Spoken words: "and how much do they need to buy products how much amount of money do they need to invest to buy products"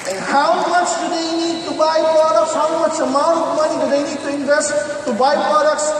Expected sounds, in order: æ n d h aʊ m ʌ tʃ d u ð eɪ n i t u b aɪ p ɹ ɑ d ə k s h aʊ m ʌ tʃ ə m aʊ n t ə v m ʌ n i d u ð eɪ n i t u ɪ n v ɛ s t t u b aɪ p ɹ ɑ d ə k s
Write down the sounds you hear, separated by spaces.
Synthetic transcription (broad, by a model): h aʊ m ʌ tʃ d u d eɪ n i t u b aɪ p ɹ ɑ d ə k s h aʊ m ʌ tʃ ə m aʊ t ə p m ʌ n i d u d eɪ n i t u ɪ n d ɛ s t t u b aɪ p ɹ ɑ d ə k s